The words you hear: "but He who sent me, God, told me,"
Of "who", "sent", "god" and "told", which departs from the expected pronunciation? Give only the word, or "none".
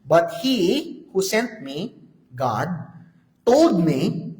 told